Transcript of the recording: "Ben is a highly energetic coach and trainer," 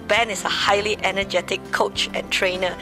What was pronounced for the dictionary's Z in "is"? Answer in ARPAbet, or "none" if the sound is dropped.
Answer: S